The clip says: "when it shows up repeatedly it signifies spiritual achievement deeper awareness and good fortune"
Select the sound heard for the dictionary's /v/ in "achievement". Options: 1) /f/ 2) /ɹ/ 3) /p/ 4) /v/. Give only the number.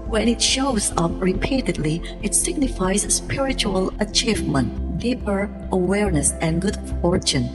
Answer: 4